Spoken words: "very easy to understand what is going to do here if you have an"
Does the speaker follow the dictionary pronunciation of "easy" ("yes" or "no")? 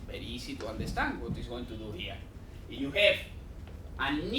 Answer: no